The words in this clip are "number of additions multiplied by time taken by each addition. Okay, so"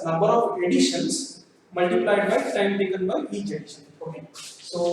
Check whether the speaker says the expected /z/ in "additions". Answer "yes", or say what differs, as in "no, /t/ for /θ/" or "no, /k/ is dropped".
no, /s/ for /z/